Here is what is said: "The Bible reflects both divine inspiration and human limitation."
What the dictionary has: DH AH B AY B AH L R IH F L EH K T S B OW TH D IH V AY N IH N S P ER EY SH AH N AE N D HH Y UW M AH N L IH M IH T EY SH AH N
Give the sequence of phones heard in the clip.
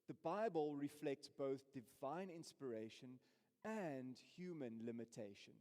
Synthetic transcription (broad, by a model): DH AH B AY B AH L R IH F L EH K T S B OW TH D IH V AY N IH N S P ER EY SH AH N AE N D HH Y UW M AH N L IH M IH T EY SH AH N